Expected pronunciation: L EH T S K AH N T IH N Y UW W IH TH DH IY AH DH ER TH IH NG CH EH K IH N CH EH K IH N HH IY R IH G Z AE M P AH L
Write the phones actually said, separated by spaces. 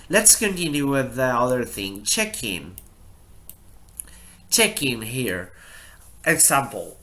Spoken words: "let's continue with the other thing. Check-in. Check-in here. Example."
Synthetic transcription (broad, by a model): L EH T S K AH N T IH N Y UW W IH DH IY AH DH ER TH IH NG CH EH K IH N CH EH K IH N HH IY R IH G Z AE M P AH L